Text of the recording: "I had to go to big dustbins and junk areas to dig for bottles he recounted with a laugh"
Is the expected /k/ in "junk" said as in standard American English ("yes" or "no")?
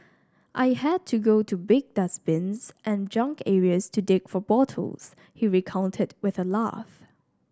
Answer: yes